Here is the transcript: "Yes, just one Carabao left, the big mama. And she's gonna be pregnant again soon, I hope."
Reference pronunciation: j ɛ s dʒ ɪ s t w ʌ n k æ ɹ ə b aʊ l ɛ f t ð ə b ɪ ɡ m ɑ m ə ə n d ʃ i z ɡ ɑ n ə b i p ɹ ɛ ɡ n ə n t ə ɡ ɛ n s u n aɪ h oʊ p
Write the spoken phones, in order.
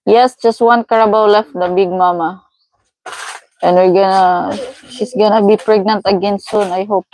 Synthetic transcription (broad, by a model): j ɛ s dʒ ɪ s t w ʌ n k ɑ ɹ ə b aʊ l ɛ f t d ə b ɪ ɡ m ɑ m ə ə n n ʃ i s ɡ ɑ n ə b i p ɹ ɛ ɡ n ə n t ə ɡ ɛ n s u n aɪ h oʊ p